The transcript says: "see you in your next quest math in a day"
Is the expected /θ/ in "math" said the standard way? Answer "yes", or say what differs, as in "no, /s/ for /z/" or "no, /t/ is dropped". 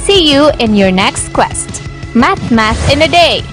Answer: no, /s/ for /θ/